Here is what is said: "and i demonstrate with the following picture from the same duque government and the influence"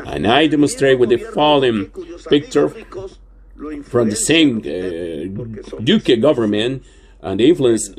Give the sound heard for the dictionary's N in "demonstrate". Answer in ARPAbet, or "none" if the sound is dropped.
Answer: N